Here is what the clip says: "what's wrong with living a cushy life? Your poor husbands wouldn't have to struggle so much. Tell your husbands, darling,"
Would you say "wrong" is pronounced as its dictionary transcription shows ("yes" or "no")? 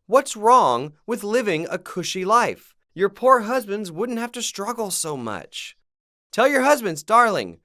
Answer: yes